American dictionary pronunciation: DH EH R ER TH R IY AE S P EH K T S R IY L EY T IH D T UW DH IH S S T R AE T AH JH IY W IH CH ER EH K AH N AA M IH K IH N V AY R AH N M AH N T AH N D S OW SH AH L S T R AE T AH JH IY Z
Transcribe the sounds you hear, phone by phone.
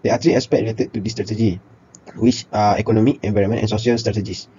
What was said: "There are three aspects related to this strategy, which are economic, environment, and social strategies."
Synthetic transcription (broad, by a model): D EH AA T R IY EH S P EH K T R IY L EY T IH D T UW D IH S S T R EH T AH JH IY W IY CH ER EH K AH N AA M IH K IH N V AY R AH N M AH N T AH N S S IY AH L S T R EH T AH JH IY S